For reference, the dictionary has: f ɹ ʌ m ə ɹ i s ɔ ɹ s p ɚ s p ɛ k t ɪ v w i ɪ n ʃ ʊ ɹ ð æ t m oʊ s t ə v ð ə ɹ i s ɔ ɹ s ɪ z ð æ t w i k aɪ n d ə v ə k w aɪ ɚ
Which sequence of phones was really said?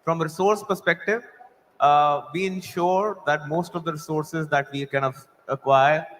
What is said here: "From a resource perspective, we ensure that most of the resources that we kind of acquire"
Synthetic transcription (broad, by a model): f ɹ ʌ m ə ɹ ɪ s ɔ ɹ s p ɚ s p ɛ k t ɪ v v i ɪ n ʃ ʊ ɹ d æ t m oʊ s t ə v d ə ɹ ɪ s ɔ ɹ s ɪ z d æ t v i k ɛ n ə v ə k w aɪ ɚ